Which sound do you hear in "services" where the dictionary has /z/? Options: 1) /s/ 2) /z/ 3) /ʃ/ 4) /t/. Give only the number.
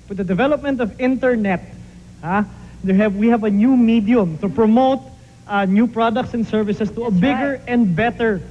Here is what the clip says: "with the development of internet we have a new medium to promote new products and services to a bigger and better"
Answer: 1